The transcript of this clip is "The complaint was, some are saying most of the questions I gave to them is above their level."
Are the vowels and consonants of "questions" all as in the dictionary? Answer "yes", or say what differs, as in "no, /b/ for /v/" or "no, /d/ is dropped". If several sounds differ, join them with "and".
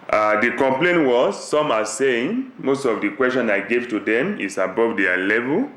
no, /z/ is dropped